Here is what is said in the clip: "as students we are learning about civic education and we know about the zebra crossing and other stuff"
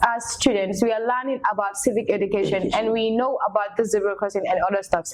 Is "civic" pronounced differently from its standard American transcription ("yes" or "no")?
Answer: no